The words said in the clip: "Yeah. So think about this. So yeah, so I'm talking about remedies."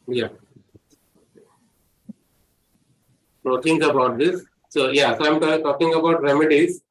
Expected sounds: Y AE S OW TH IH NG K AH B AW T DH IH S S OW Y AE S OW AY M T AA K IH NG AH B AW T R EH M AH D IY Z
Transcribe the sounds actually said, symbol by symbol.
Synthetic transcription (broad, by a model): Y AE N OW T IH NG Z AH B AW T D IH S S OW Y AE S OW AY M T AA K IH NG AH B AW T R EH M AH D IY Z